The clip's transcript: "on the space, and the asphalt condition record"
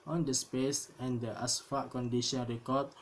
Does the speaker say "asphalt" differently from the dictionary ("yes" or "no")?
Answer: yes